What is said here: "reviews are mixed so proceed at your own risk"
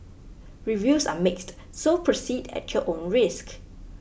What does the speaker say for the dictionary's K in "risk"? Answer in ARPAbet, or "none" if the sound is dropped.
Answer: K